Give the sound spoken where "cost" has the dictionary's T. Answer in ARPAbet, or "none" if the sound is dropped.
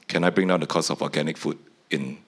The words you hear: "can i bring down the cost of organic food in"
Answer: none